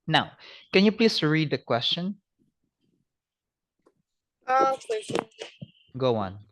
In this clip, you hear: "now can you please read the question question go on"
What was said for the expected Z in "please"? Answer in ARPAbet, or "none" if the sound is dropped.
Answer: S